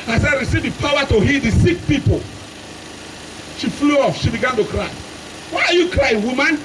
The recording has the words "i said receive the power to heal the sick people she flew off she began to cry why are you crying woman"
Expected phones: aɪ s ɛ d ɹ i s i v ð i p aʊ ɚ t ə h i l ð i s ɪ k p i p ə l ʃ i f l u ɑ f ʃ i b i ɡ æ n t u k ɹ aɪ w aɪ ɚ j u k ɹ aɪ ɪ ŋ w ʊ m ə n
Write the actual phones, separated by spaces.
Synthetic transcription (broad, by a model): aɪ s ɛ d ɹ i s i v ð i p aʊ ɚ t ə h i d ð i s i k p i p ə l ʃ i f l u ɑ f ʃ i b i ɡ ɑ n t u k ɹ aɪ w aɪ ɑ j u k ɹ aɪ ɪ w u m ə n